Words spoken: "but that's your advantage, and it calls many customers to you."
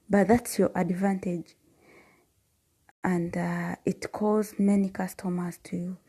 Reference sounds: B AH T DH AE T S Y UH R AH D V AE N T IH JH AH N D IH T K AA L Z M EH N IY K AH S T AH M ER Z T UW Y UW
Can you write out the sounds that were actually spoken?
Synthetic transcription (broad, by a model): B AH T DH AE T S Y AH R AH D V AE N T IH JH AH N D IH T K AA Z M EH N IY K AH S T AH M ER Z T UW Y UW